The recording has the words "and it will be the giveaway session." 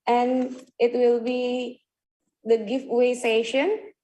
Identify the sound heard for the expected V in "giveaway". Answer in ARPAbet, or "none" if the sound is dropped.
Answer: F